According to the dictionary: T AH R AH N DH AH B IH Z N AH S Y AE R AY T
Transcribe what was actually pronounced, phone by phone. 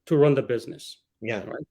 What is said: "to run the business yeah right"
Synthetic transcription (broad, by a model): T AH R AH N DH AH B IH Z N AH S Y AE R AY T